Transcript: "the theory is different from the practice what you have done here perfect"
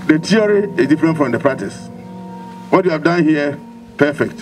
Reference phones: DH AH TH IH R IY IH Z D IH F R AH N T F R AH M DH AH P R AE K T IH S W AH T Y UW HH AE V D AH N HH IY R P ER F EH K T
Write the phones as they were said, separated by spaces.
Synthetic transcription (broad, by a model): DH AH T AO R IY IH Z D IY F R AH N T F R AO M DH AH P R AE K T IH S W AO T Y UW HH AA V D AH N HH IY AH P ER F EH K T